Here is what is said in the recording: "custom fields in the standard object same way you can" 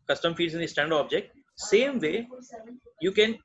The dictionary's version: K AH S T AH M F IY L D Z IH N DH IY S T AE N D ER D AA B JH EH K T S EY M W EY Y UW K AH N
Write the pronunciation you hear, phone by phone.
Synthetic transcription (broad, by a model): K AH S T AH M F IY D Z IH N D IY S T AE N D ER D AA B JH EH K T S EY M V EY Y UW K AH N